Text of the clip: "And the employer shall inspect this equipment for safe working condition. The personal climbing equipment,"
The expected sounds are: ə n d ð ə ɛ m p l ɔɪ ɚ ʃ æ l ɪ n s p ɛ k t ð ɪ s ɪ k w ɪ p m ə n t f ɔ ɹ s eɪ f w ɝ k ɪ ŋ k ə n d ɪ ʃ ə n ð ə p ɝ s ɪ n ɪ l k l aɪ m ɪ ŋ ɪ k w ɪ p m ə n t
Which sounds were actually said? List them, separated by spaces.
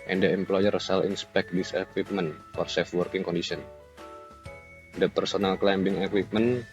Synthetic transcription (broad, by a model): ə n d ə ɛ m p l ɔɪ ɚ s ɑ l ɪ n s p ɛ k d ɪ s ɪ k w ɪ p m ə n f ɔ ɹ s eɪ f w ɝ k ɪ ŋ k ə n d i s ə n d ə p ɝ s ɪ n ɪ l k l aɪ m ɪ ŋ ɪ k w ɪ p m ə n